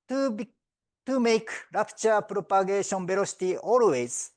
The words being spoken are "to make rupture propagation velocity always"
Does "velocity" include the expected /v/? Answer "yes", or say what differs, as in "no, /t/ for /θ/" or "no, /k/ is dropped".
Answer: no, /b/ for /v/